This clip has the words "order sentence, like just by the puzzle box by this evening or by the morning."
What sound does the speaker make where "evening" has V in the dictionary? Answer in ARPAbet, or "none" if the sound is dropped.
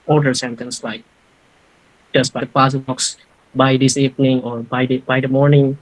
P